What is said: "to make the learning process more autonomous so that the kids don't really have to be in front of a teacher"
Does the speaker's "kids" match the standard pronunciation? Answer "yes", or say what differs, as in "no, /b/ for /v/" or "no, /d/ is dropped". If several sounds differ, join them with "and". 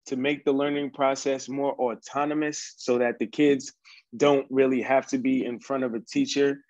yes